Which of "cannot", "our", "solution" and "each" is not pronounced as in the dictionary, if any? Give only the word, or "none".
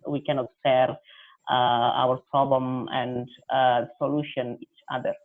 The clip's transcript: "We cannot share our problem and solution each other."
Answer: none